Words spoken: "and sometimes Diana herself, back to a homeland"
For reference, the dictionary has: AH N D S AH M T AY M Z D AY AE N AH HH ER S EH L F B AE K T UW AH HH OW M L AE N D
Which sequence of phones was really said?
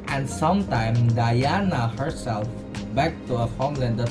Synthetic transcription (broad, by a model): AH N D S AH M T AY M D AY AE N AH HH ER S EH L F B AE K T UW AH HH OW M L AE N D